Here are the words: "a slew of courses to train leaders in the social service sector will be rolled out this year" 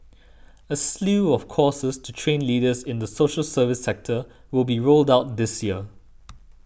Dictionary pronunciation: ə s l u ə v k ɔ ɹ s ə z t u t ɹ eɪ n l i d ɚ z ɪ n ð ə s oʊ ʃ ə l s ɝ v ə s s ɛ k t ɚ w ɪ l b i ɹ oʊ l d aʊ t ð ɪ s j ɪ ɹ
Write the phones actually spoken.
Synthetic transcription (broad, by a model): ə s l u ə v k ɔ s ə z t u t ɹ eɪ n l i d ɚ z ɪ n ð ə s oʊ ʃ ə l s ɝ v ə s s ɛ k t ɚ w ɪ l b i ɹ oʊ l d aʊ t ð ɪ s j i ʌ